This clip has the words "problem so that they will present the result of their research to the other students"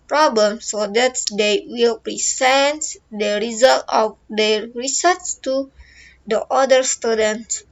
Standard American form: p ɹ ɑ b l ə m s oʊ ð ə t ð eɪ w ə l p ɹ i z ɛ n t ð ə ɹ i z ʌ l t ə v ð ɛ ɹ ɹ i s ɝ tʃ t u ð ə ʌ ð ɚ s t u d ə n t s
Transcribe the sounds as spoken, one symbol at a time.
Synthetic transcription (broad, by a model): p ɹ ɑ b l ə m s oʊ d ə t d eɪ w ə l p ɹ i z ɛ n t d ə ɹ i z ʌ l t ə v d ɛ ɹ ɹ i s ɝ s t u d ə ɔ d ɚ s t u d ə n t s